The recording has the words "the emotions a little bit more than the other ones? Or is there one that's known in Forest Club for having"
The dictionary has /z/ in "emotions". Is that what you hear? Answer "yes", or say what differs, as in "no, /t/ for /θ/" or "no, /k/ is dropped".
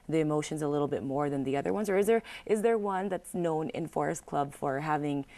yes